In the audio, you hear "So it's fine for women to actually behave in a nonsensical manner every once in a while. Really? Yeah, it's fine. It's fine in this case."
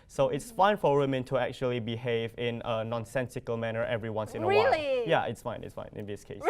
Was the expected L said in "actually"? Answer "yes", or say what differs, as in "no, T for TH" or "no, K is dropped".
yes